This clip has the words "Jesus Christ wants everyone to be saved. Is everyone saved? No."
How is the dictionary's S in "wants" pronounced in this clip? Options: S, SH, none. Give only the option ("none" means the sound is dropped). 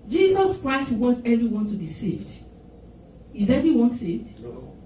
none